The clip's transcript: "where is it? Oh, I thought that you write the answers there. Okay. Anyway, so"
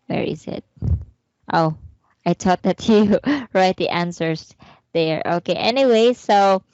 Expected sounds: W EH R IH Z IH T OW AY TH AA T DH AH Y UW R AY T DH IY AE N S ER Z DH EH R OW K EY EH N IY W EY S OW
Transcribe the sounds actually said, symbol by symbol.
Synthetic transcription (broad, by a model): W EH R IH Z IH T OW AY T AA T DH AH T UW R AY T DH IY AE N S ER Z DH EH R OW K EY EH N IY W EY S OW